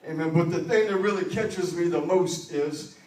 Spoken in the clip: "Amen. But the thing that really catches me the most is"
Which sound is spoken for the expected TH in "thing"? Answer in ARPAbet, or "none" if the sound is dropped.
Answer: TH